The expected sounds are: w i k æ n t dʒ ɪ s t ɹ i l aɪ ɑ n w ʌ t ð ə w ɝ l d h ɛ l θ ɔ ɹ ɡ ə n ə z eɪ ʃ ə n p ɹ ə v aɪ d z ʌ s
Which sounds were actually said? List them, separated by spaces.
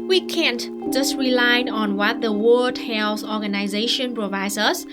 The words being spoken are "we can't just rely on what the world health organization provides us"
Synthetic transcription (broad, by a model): w i k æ n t dʒ ɪ s t ɹ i l aɪ ɑ n w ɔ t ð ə w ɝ d h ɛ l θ ɔ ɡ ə n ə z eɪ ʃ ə n p ɹ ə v aɪ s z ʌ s